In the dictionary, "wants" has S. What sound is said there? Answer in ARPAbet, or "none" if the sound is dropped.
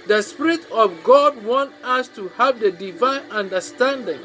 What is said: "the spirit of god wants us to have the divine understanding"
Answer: none